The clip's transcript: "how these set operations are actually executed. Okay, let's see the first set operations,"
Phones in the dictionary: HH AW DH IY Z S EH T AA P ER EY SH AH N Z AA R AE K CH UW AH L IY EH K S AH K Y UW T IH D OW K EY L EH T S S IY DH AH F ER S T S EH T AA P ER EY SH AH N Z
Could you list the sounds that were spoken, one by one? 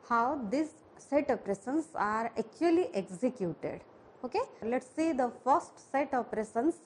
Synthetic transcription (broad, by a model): HH AW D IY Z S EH T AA P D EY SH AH N S AA R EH K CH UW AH L IY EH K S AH K Y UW T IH D OW K EY L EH T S S IY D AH F ER S T S EH T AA P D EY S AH N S